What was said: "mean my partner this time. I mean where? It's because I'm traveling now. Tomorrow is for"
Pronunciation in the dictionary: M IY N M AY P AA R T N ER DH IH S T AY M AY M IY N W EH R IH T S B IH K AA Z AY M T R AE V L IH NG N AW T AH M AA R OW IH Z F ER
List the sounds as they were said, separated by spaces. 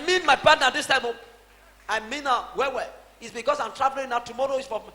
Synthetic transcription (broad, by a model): M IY N M AY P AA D N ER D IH S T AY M AY M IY N W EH W IH T S B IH K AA S AY M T R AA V L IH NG N AW T AH M AA R OW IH S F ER